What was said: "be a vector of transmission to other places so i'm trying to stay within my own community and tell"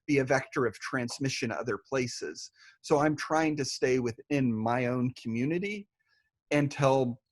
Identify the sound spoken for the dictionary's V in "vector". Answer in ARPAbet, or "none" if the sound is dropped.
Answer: V